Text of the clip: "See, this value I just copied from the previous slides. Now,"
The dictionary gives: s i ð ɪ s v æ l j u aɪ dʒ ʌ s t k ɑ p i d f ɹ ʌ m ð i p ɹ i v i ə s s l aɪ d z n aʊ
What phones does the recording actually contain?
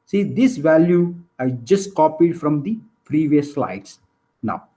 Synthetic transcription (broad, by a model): s i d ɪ s v æ l j u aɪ dʒ ʌ s t k ɑ p i d f ɹ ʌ m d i p ɹ i v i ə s s l aɪ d s n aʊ